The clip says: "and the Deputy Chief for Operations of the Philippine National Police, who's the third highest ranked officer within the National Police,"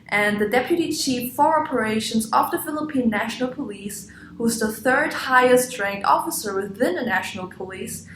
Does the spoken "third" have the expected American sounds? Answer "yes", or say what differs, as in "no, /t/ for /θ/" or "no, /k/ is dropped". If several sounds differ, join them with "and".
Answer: yes